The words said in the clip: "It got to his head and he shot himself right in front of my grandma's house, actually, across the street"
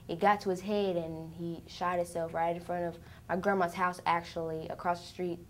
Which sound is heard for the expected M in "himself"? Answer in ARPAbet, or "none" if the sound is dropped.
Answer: none